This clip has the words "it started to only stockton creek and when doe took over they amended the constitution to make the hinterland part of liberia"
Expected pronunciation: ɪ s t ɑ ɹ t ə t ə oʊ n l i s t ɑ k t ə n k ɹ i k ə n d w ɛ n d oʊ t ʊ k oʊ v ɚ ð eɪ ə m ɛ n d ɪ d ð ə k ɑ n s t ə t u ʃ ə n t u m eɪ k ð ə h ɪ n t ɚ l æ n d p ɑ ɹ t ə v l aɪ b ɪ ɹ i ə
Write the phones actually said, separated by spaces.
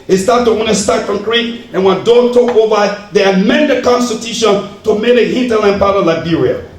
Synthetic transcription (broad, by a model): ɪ s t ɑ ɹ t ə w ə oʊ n i s t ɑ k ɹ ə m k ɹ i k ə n w ɛ n d oʊ t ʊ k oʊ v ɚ ð eɪ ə m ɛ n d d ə k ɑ n s t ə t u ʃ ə n t u m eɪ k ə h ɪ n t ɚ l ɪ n p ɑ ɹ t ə l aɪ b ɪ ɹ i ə